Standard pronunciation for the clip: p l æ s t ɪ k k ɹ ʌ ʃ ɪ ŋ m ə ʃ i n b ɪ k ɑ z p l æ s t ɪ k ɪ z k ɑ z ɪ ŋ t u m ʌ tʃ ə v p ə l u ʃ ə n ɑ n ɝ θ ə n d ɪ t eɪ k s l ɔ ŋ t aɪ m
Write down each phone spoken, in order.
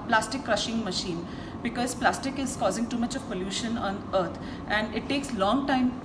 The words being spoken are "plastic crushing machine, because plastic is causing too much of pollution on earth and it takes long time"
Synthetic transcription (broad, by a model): p l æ s t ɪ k k ɹ ʌ ʃ ɪ ŋ m ə ʃ i n b ɪ k ɑ z p l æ s t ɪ k ɪ z k ɑ z ɪ ŋ t u m ʌ tʃ ə v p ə l u ʃ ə n ɑ n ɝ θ ə n d ɪ t eɪ k s l ɔ ŋ t aɪ m